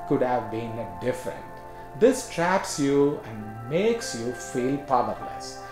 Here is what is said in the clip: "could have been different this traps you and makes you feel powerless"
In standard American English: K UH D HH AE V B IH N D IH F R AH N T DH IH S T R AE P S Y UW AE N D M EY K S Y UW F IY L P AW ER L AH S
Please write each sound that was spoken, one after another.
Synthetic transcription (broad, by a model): K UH D HH AE V B IH N D IH F R AH N T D IH S T R AE P S Y UW AE N D M EY K S Y UW F IY L P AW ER L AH S